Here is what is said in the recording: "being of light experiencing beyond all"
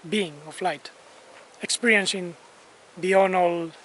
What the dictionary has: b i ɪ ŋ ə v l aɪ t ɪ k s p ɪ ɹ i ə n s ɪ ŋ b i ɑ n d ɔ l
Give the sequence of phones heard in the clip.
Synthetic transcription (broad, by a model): b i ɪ ŋ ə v l aɪ t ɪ k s p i ɹ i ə n s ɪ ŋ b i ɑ n ɔ l